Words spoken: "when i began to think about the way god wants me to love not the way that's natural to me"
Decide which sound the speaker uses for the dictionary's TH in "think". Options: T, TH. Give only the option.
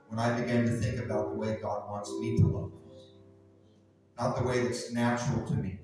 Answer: TH